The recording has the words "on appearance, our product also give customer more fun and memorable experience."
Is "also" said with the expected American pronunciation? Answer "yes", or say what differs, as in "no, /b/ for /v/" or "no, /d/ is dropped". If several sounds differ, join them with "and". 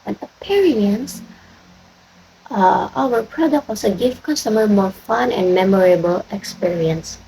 no, /l/ is dropped